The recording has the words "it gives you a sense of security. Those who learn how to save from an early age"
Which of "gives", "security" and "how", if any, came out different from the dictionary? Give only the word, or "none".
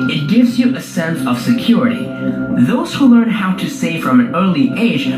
none